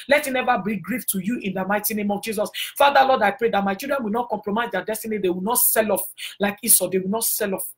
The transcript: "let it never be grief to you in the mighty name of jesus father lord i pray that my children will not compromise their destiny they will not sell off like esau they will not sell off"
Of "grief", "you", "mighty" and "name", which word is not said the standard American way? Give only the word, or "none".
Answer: none